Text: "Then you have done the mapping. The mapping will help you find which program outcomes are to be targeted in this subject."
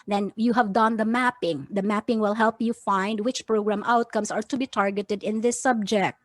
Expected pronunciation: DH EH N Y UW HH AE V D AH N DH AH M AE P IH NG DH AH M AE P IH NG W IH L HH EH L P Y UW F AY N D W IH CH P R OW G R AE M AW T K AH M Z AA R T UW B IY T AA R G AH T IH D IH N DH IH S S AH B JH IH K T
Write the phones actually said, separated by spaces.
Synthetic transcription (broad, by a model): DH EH N Y UW HH AE V D AH N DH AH M AE P IH NG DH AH M AE P IH NG W IH L HH EH L P Y UW F AY N D W IH CH P R OW G R AE M AW T K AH M S AA R T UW B IY T AA R G AH T IH D IH N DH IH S S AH B JH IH K T